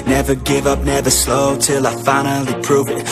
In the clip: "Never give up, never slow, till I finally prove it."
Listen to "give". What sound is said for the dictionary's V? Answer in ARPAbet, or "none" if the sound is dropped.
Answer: V